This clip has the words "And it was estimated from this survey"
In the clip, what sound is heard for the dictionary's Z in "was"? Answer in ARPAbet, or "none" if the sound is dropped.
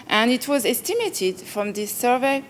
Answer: Z